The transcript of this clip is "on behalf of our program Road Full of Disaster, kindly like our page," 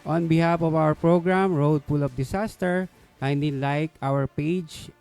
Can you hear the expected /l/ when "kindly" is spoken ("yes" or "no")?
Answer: no